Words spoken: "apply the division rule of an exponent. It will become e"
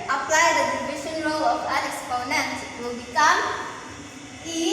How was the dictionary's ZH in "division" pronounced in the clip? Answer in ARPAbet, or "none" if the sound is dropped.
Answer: SH